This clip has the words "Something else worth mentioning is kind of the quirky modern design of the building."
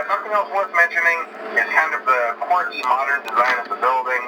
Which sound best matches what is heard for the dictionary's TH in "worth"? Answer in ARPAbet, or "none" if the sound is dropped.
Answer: S